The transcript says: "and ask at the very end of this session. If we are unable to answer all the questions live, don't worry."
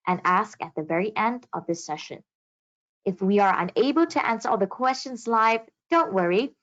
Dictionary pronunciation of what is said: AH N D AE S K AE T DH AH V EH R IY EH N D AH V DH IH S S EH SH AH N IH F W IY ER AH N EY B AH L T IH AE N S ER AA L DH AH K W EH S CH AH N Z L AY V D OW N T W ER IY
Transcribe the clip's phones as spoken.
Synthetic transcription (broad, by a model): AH N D AE S K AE T DH AH V EH R IY EH N D AH V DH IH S S EH SH AH N IH F W IY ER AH N EY B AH L T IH AE N S ER AA L DH AH K W EH S CH AH N Z L AY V D OW N T W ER IY